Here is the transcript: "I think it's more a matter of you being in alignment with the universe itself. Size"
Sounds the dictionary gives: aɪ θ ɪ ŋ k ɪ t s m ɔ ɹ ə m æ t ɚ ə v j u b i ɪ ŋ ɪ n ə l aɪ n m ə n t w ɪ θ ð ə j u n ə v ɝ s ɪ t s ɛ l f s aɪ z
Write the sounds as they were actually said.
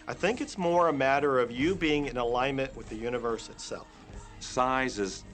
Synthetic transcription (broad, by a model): aɪ θ ɪ ŋ k ɪ t s m ɔ ɹ ə m æ t ɚ ə v j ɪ b i ɪ ŋ ɪ n ə l aɪ n m ə n t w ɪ ð ə j u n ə v ɝ s ɪ t s ɛ l f s aɪ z